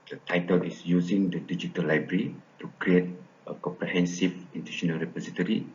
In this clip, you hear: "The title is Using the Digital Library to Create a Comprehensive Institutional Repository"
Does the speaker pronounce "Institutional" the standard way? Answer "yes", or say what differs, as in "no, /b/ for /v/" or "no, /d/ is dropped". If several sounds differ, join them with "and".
no, /s/ is dropped